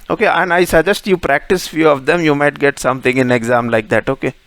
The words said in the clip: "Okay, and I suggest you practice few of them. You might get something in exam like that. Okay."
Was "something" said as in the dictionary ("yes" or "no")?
no